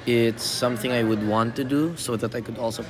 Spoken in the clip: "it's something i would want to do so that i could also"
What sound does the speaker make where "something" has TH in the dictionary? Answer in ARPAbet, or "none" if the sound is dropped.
TH